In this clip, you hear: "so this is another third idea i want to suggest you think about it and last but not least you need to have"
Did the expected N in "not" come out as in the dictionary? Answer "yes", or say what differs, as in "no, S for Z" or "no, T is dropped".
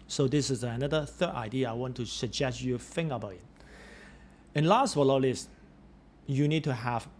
no, L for N